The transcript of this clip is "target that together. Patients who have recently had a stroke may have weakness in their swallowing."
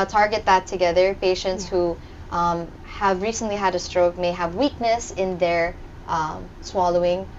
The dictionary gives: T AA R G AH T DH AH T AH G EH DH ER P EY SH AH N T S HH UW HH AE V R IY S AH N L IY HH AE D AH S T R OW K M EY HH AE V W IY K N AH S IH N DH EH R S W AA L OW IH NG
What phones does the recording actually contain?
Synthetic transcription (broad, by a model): T AA R G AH T DH AH T AH G EH DH ER P EY SH AH N T S HH UW HH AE V R IY S AH N L IY HH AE D AH S T R OW K M EY HH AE V W IY K N AH S IH N DH EH R S W AA L OW IH NG